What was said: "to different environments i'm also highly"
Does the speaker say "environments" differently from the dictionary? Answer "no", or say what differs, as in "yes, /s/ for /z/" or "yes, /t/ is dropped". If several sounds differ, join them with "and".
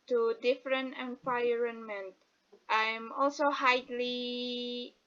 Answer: yes, /s/ is dropped